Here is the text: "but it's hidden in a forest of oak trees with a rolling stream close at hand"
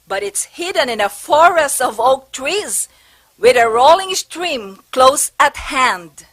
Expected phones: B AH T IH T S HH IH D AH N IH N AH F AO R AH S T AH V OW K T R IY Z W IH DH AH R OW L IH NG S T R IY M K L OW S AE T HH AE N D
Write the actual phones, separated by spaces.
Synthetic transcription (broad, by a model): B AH T IH T S HH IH D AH N IH N AH F AO R AH S T AH V OW K T R IY Z W IH DH AH R OW L IH NG S T R IY M K L OW S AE T HH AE N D